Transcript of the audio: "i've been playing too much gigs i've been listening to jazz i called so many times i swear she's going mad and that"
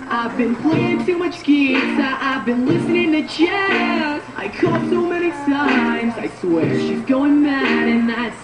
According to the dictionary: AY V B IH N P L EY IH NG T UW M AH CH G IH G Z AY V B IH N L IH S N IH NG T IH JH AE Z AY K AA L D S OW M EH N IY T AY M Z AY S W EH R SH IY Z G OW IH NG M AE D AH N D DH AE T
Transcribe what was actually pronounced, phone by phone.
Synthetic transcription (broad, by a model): AY V B IH N P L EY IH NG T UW M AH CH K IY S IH AY V B IH N L IH S N IH NG T IH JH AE AY K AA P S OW M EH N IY S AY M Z AY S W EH SH IY Z G OW IH NG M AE AH N DH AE T